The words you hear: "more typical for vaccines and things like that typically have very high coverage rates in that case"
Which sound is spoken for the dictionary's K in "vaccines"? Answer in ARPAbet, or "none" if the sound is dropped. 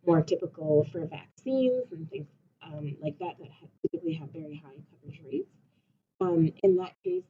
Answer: K